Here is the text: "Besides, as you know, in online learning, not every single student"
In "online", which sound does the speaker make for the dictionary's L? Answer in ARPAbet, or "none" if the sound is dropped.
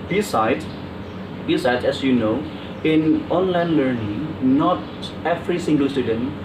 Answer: L